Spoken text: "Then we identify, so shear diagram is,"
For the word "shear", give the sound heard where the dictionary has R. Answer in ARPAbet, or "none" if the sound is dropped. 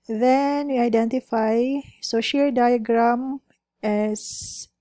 L